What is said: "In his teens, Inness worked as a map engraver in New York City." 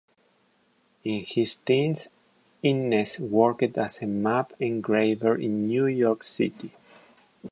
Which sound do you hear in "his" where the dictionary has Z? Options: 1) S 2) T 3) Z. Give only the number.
1